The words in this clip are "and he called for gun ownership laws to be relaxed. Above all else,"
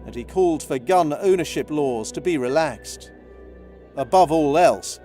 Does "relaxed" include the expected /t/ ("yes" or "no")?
yes